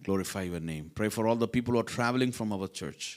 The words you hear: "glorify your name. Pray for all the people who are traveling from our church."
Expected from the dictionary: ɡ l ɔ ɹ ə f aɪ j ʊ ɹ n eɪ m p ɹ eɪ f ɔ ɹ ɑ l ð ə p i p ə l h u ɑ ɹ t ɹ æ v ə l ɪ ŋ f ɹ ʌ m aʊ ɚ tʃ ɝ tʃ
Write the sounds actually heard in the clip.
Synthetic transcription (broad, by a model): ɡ l ɔ ɹ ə f aɪ j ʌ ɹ n eɪ m p ɹ eɪ f ɔ ɹ ɑ l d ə p i p ə l h u ɑ ɹ t ɹ æ v ə l ɪ ŋ f ɹ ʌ m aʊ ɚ tʃ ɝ tʃ